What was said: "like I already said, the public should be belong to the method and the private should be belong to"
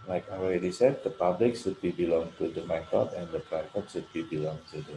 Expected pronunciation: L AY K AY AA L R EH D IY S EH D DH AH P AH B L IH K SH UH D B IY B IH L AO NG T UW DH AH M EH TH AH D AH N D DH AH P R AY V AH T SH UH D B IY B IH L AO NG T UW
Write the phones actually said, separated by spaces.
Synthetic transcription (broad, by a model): L AY K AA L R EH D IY S EH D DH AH P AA B L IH K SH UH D B IY B IH L AO NG T UW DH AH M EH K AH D AH N D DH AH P AY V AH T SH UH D B IY B IH L AO NG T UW